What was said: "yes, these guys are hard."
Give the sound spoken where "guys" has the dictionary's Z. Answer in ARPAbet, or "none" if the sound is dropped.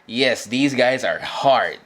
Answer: Z